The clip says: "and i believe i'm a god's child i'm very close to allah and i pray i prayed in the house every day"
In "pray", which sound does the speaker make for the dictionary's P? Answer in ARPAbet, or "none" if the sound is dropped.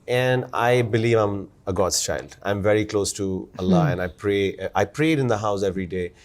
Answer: P